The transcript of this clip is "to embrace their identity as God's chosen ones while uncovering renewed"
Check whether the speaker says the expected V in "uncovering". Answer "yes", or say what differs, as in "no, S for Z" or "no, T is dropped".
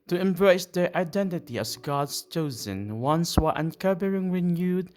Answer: no, B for V